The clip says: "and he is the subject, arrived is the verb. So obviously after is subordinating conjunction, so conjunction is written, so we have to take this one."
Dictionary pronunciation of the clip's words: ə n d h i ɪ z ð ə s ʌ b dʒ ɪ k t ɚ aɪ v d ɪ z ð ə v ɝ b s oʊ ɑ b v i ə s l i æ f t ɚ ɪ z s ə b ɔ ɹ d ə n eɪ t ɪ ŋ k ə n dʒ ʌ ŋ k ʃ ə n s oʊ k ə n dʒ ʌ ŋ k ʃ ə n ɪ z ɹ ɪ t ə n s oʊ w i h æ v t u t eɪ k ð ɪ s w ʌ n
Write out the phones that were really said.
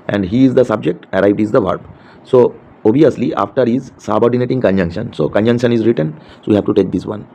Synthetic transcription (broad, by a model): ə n d h i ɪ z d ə s ʌ b dʒ ɪ k t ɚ aɪ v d ɪ z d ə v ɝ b s oʊ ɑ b i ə s l i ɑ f t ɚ ɪ z s ə b ɔ ɹ d ə n eɪ t ɪ ŋ k ə n dʒ ʌ ŋ k ʃ ə n s oʊ k ə n dʒ ʌ ŋ k ʃ ə n ɪ z ɹ ɪ t ə n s oʊ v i h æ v t u t eɪ k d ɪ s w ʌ n